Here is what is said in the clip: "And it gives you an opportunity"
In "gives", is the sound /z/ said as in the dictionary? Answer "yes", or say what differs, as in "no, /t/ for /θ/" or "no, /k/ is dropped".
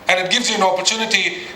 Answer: yes